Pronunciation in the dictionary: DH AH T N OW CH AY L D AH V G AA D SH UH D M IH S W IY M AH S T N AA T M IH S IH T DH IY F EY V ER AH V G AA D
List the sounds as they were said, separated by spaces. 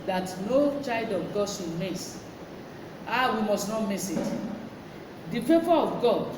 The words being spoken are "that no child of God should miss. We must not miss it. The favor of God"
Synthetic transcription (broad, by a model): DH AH T N OW CH AY L D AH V G AA D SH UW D M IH S W IY M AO S T N AA T M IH S IH T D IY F EY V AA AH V G AA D